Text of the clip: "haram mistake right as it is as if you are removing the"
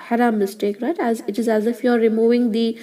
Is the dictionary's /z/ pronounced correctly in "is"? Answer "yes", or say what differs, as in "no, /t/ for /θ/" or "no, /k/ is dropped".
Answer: yes